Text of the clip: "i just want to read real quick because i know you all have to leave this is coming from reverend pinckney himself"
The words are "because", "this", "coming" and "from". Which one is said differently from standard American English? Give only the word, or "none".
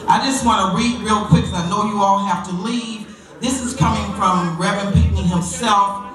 because